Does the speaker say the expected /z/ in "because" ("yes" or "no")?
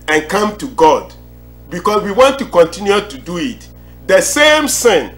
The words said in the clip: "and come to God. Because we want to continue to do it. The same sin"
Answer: no